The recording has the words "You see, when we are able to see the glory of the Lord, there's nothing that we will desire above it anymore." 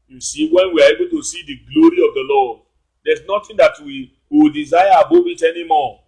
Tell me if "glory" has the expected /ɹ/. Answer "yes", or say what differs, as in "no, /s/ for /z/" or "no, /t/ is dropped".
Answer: yes